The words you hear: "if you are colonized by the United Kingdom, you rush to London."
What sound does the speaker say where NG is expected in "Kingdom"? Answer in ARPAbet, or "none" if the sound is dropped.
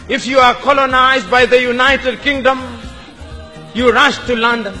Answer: NG